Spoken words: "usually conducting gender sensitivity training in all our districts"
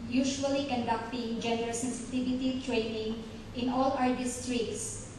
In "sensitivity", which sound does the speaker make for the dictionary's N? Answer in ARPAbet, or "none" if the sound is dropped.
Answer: N